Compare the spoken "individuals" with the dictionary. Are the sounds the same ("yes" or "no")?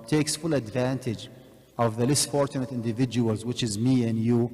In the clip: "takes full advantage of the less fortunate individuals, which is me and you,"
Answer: yes